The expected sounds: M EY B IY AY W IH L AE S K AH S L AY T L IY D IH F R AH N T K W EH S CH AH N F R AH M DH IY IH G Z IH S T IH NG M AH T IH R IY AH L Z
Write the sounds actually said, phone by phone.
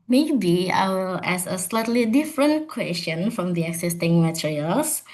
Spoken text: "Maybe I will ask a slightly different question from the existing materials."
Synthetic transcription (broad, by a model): M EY B IY AY W IH L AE S AH S L AY T L IY D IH F R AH N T K W EH S CH AH N F R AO M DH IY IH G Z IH S T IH NG M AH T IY R IY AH L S